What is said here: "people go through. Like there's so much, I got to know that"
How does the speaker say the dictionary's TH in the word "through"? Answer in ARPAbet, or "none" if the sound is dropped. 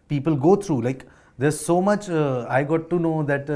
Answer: T